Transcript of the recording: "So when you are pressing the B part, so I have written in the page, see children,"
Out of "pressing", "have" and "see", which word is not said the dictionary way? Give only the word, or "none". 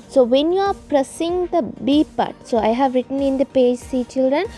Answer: none